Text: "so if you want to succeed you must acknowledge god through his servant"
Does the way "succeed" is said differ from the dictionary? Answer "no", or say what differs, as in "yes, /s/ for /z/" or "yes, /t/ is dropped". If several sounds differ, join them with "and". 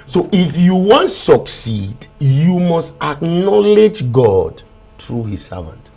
no